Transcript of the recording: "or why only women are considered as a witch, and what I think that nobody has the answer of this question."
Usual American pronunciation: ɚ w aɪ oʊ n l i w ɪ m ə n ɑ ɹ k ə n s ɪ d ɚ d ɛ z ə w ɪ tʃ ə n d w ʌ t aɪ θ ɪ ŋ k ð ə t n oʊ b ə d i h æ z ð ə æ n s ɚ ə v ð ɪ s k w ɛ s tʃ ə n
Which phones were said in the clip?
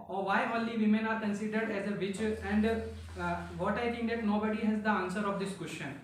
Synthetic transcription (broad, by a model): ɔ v aɪ oʊ n l i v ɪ m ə n ɑ ɹ k ə n s ɪ d ɚ d ɛ z ə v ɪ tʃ ə n d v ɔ t aɪ t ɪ ŋ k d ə t n oʊ b ə d i h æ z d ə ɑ n s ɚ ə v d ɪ s k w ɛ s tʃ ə n